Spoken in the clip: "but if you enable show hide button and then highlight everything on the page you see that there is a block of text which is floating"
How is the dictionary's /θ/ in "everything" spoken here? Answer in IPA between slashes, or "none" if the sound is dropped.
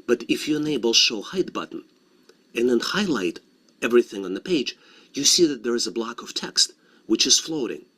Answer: /θ/